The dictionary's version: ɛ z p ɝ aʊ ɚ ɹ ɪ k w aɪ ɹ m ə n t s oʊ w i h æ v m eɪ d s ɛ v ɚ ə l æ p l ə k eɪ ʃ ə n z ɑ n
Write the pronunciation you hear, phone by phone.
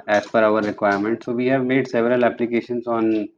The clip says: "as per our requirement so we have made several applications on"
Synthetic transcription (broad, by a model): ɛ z f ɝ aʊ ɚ ɹ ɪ k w aɪ ɹ m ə n t s oʊ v i h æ v m eɪ d s ɛ v ɚ ə l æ p l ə k eɪ ʃ ə n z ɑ n